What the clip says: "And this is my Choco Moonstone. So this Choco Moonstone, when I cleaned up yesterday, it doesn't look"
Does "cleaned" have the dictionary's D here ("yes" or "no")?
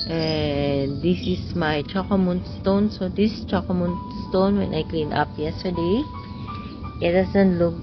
no